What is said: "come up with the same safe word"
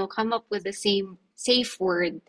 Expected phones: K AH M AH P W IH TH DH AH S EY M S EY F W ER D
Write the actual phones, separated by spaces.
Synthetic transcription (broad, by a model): K AH M AH P W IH DH AH S EY M S EY F W ER D